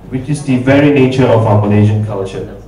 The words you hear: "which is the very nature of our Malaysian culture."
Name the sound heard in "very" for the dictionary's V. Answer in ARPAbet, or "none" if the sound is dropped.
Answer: V